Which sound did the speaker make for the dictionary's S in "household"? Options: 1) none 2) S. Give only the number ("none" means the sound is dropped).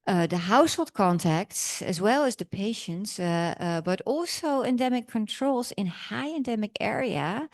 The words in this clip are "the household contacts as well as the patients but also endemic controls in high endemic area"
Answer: 2